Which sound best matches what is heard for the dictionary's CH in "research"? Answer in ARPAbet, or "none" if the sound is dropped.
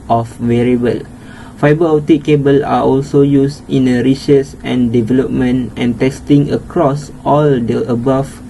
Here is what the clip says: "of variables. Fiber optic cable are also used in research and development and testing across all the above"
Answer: S